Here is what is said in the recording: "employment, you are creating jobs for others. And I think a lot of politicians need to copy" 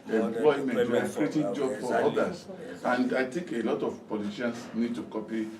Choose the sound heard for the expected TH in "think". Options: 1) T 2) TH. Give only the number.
1